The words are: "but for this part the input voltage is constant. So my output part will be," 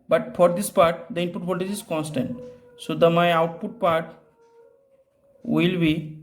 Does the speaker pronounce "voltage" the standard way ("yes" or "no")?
no